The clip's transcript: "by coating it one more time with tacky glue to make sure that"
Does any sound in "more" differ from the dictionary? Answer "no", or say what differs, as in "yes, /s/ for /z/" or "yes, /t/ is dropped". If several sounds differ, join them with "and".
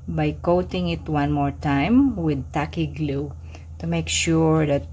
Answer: no